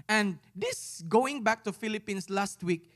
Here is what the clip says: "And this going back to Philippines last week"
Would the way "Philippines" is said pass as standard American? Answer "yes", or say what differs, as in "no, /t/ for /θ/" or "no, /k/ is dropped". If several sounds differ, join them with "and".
no, /s/ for /z/